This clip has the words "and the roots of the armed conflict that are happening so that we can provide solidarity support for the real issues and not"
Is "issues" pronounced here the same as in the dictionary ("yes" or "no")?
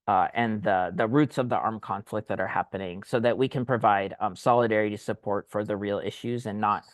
yes